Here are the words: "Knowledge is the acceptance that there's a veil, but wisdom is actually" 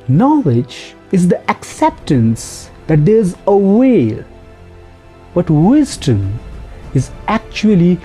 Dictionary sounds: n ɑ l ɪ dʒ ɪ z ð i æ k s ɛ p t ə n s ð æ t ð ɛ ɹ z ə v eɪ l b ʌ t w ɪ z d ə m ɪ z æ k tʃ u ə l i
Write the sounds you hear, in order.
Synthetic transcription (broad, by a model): n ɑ l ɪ dʒ ɪ z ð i æ k s ɛ p t ə n s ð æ t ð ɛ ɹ z ə w eɪ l b ʌ t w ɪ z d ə m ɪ z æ k tʃ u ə l i